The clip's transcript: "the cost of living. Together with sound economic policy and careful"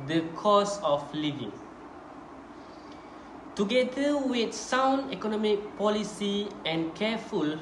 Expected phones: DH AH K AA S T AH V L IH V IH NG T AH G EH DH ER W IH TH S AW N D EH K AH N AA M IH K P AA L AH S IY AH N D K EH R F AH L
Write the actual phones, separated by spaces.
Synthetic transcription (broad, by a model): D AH K AA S AH F L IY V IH NG T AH G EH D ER W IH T S AW N D EH K AH N AA M IH K P AA L AH S IY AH N K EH F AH L